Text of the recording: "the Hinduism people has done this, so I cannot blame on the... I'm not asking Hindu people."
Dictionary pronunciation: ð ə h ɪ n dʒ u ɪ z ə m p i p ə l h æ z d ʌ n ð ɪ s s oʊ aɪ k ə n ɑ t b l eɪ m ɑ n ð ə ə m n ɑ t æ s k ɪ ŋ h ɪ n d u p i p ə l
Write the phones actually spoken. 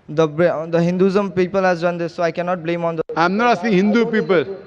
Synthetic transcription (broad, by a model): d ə h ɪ n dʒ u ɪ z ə m p i p ə l h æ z d ʌ n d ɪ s s oʊ aɪ k ə n ɑ t b l eɪ m ɑ n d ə ə m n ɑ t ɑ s ɪ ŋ h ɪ n d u p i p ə l